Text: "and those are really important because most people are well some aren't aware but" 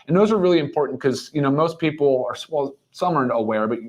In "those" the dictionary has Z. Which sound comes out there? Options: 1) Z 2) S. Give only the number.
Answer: 1